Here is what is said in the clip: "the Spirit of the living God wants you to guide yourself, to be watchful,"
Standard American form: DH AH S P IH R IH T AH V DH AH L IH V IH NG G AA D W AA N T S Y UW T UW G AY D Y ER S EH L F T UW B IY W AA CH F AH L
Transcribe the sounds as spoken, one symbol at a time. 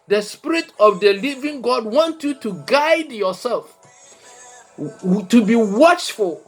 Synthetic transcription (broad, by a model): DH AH S P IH R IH T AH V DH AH L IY V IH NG G AA D W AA N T Y UW T UW G AY D Y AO S EH L F T UW B IY W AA CH F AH L